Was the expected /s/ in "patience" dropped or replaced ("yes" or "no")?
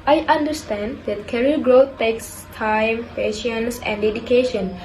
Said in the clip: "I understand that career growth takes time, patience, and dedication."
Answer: no